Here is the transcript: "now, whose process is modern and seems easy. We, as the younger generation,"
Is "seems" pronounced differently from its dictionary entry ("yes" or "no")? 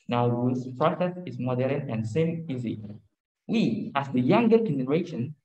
yes